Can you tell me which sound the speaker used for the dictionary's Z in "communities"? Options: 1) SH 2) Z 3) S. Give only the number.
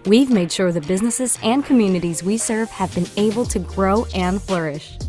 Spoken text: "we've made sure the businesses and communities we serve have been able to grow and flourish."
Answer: 2